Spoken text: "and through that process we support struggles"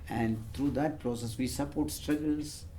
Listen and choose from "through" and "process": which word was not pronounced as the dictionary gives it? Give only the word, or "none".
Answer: through